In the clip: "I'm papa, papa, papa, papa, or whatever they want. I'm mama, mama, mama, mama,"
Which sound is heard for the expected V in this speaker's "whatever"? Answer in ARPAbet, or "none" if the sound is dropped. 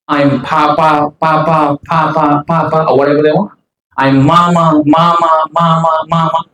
B